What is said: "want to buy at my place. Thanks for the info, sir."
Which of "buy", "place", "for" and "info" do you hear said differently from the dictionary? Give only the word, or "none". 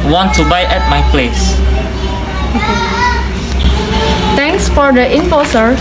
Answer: info